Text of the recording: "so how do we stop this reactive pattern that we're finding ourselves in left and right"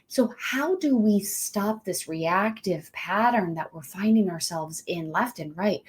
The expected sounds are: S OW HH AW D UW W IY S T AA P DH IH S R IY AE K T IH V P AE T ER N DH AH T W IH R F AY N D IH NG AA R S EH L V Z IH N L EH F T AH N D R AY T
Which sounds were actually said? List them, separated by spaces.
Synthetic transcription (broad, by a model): S OW HH AW D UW W IY S T AA P DH IH S R IY AE K T IH V P AE T ER N DH AH T W IH R F AY N D IH NG AA R S EH L V Z IH N L EH F T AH N R AY T